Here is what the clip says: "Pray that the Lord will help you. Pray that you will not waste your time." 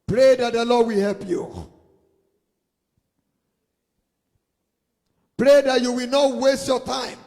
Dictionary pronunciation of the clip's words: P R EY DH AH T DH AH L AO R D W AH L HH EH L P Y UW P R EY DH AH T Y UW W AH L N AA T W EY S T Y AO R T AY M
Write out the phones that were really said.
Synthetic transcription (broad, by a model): P R EY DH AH T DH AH L AO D W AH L HH EH L P Y UW P R EY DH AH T Y UW W AH L N AA T W EY S T Y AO T AY M